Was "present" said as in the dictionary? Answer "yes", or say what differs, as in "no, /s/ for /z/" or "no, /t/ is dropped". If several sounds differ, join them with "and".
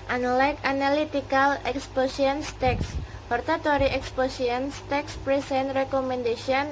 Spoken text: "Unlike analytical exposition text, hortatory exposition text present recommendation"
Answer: no, /s/ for /z/